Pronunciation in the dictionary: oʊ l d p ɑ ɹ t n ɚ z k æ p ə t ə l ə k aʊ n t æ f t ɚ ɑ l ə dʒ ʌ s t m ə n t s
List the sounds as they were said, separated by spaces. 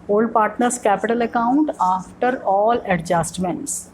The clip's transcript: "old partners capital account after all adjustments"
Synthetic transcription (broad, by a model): oʊ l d p ɑ ɹ t n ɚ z k æ p ə t ə l ə k aʊ n t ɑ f t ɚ ɑ l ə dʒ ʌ s t m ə n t s